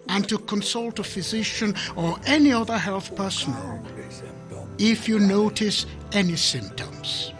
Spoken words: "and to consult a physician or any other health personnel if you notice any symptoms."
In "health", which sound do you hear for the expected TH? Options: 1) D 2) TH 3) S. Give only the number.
2